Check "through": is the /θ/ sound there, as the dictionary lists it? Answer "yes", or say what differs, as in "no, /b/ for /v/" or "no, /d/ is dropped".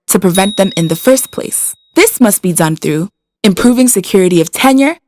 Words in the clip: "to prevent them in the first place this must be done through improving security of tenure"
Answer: yes